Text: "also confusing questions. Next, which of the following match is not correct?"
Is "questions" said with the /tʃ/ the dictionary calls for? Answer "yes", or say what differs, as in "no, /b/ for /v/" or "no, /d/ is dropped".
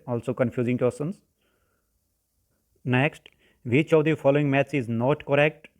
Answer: no, /tʃ/ is dropped